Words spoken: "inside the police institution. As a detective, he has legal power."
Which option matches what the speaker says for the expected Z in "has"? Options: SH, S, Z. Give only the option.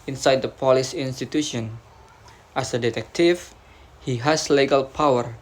S